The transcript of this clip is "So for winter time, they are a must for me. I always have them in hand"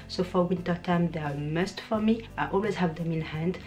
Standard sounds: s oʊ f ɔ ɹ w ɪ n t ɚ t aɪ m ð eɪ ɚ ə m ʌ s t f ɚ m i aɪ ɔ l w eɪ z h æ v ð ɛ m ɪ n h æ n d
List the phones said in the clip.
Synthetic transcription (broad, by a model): s oʊ f ɔ ɹ w ɪ n t ɚ t aɪ m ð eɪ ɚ ə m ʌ s t f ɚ m i aɪ ɔ l w eɪ z h æ v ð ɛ m ɪ n h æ n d